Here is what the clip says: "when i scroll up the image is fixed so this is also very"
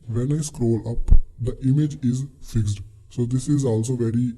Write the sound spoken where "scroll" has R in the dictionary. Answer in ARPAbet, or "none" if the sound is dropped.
R